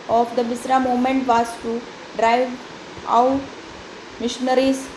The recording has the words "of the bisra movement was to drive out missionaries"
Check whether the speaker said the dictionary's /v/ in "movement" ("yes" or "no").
no